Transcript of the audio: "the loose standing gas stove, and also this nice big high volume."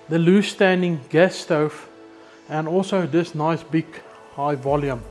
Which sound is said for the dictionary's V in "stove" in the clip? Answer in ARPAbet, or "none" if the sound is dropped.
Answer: F